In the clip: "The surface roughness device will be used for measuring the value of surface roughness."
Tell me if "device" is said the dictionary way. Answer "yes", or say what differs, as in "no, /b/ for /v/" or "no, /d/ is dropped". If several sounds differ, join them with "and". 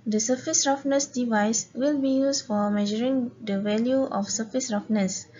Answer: yes